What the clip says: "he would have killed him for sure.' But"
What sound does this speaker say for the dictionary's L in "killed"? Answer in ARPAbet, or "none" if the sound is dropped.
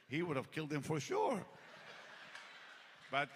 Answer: L